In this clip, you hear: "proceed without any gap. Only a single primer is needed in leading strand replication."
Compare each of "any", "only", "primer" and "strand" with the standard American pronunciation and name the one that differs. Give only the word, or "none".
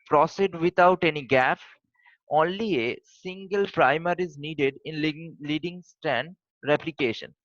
strand